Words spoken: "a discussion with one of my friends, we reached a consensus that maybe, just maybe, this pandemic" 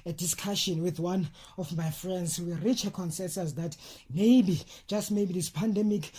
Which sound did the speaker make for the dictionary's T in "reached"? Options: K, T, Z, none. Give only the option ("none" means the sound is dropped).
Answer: none